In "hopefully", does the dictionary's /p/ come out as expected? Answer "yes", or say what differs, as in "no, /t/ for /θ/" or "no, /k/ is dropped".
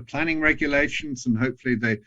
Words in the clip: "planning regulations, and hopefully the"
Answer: yes